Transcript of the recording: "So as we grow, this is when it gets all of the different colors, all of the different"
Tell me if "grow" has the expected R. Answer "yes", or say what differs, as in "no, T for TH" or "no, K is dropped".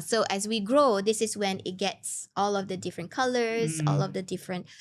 yes